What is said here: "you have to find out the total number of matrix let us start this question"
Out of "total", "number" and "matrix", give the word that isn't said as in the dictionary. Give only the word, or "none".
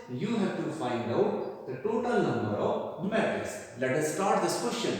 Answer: matrix